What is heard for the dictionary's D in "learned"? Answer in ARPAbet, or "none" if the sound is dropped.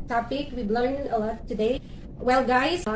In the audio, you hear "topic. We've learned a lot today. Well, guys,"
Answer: none